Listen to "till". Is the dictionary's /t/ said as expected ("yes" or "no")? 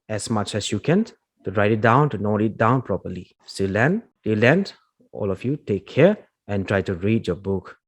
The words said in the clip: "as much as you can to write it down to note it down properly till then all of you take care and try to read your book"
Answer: no